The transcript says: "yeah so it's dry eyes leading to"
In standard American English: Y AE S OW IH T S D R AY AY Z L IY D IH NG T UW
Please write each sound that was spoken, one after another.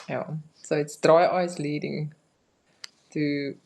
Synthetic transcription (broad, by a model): Y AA S OW IH T S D R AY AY S L IY D IH NG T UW